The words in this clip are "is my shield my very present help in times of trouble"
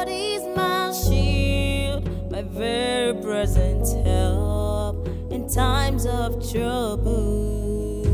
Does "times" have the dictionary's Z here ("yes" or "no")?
yes